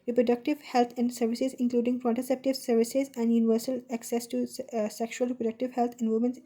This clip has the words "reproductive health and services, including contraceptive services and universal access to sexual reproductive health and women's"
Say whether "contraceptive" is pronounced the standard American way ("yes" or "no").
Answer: no